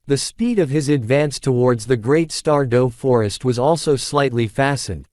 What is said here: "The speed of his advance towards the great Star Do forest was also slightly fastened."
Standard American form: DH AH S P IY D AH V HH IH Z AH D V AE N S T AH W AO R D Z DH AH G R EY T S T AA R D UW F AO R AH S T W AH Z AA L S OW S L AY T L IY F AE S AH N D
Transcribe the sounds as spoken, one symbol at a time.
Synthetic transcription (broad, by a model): DH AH S P IY D AH V IH Z AH D V AE N S T AH W AO R D Z DH AH G R EY T S T AA R D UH F AO R AH S T W AH Z AA L S OW S L AY T L IY F AE S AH N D